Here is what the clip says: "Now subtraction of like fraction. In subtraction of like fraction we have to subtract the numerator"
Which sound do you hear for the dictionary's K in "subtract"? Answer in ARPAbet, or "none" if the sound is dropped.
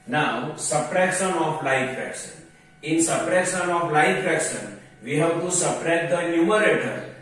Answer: none